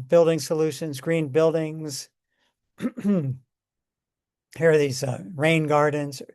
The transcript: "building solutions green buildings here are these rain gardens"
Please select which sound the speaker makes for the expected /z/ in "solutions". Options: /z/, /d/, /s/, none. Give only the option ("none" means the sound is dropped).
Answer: /z/